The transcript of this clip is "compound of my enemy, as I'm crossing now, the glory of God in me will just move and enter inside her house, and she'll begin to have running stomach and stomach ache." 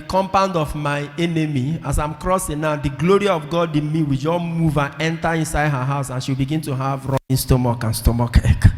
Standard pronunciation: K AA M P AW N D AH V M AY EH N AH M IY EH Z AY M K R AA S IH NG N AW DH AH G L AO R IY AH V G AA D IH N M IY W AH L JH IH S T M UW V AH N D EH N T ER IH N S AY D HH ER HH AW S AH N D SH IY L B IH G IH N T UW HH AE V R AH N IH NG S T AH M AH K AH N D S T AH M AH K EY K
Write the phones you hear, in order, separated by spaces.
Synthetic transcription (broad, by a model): K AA M P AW N D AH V M AY EH N AH M IY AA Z AY M K R AA S IH NG N AW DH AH G L AO R IY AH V G AA D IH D M IY W AH L JH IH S M UW V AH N EH N T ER IH N S AY D HH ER HH AW S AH N SH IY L B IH G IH N T UW HH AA V R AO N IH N S T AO M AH K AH N S T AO M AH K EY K